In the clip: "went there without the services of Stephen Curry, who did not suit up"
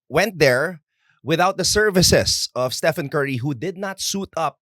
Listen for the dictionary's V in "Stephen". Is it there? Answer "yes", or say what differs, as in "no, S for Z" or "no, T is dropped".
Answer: no, F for V